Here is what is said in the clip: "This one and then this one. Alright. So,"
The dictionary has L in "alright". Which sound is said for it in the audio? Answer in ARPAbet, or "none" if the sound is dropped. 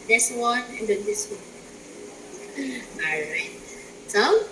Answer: none